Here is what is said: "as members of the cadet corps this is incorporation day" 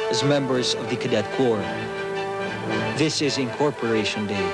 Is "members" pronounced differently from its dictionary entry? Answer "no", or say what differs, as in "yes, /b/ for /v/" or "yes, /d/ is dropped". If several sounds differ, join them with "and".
no